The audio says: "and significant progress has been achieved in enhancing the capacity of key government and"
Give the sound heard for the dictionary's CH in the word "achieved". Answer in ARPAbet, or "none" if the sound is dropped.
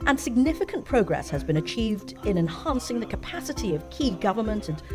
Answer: CH